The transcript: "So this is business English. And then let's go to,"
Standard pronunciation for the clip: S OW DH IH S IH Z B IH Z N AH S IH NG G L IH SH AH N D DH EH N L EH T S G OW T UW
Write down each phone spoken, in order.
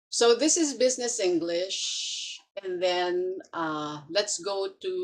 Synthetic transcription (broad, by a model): S OW DH IH S IH Z B IH Z N AH S IH NG G L IH SH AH N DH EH N L EH T S G OW T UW